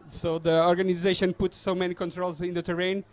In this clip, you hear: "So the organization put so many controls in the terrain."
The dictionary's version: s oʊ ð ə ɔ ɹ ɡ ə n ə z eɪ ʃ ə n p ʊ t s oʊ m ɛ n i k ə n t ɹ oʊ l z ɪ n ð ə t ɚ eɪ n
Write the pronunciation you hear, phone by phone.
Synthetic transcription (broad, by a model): s oʊ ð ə ɔ ɹ ɡ ə n ə z eɪ ʃ ə n p ʊ t s oʊ m ɛ n i k ə n t ɹ oʊ l z ɪ n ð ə t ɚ eɪ n